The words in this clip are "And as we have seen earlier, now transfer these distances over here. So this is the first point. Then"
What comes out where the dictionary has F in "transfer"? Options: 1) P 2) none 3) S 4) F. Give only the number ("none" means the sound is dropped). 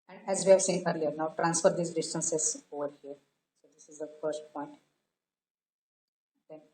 4